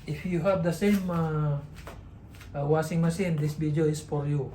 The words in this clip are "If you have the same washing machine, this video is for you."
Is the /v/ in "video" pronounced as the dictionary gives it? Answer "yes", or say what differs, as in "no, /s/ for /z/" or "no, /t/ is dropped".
no, /b/ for /v/